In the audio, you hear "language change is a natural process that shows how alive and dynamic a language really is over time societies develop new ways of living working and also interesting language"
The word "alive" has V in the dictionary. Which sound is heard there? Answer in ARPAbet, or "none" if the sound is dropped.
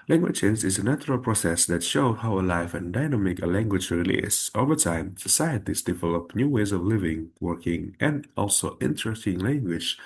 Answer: F